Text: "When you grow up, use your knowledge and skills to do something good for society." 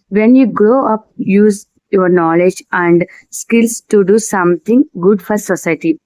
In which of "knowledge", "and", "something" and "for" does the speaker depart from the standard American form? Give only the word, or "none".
something